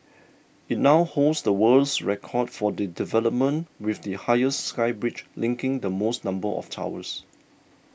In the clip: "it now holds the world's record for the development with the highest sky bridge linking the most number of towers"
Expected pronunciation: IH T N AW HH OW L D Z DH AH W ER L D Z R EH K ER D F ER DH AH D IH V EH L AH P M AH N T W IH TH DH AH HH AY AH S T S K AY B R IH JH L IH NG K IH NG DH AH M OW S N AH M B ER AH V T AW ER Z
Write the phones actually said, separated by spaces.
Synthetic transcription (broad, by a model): IH T N AW HH OW L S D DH AH W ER L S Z R EH K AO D F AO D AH D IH V EH L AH P M AH N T W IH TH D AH HH AY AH S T S K AY B R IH CH L IH NG K IH NG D AH M OW S N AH M B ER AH F T AW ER S